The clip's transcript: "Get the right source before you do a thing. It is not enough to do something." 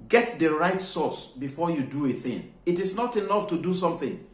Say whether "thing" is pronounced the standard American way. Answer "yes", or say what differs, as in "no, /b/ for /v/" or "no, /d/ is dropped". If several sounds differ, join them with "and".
yes